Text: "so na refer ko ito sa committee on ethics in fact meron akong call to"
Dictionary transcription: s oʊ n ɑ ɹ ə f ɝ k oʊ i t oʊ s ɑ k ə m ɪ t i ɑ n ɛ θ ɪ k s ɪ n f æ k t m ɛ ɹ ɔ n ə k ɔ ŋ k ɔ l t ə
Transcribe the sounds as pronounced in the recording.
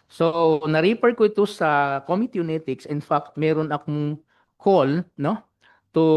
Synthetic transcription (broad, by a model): s oʊ n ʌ ɹ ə p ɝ k oʊ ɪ t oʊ s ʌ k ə m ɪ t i n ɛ t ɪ k s ɪ n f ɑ k t m ɛ ɹ ɔ n ə k ɔ ŋ k ɔ l t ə